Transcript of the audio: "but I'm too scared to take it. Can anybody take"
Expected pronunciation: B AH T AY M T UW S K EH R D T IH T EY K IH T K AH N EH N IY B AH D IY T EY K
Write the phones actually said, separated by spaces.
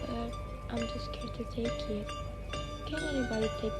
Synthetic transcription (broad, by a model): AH T AY M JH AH S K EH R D T IH T EY K IH T K AH N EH IY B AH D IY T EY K